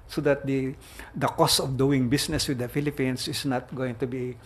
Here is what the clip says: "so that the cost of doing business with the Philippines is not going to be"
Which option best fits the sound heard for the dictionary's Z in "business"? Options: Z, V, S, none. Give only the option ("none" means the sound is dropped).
S